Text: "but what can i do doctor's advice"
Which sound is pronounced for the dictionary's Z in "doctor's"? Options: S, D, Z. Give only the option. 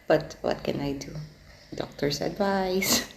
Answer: S